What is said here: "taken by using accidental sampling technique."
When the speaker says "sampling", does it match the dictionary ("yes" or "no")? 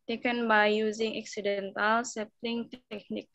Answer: no